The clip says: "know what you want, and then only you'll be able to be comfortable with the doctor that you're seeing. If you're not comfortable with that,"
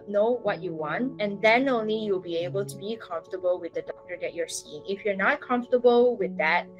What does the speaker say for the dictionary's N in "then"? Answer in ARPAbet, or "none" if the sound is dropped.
N